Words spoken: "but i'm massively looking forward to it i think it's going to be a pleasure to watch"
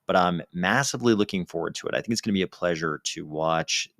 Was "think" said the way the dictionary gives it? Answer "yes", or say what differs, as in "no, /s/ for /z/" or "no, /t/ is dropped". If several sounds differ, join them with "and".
yes